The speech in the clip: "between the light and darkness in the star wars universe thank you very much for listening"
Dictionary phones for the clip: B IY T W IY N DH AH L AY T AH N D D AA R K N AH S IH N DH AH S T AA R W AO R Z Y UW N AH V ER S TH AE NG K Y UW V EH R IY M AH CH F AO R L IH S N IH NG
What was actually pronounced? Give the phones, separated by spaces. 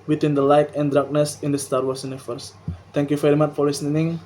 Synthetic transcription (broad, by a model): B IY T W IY N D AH L AY T AH N D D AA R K N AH S IH N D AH S T AA R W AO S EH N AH F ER S T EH NG K Y UW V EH R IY M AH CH F AO R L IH S N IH NG